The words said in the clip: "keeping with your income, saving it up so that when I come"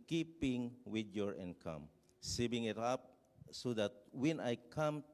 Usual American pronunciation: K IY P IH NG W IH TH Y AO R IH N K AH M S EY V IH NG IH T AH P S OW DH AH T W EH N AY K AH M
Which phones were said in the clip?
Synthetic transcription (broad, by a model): K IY P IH NG W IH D Y AO R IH N K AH M S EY B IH NG IH T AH P S OW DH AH T W EH N AY K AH M